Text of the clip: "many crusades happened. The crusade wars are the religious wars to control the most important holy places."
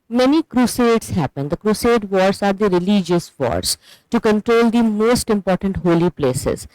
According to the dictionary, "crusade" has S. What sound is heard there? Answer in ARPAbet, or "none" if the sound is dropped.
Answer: S